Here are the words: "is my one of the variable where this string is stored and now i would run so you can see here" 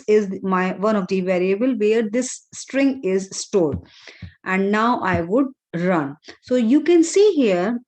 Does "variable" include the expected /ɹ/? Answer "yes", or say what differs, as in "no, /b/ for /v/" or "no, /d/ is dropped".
yes